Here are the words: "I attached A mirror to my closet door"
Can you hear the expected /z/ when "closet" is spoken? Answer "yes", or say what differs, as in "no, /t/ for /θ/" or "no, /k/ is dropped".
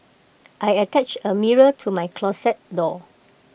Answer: no, /s/ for /z/